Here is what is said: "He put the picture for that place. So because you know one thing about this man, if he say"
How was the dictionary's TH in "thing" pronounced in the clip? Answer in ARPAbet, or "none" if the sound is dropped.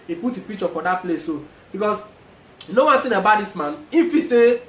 T